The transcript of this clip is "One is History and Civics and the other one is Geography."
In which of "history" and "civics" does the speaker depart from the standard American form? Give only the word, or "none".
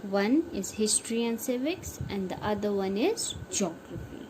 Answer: none